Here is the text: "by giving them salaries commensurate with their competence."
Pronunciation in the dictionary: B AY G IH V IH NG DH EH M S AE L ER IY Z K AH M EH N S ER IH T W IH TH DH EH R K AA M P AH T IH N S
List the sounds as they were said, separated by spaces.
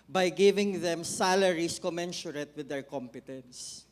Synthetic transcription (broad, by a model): B AY G IH V IH NG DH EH M S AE L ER IY S K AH M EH N SH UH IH T W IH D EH R K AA M P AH T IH N S